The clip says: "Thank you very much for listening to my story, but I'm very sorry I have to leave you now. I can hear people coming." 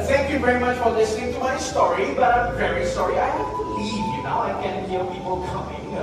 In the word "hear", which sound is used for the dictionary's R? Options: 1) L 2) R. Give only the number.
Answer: 1